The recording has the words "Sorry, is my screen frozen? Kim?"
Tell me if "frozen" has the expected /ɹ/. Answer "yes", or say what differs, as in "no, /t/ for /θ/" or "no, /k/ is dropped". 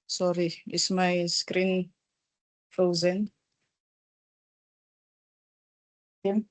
no, /ɹ/ is dropped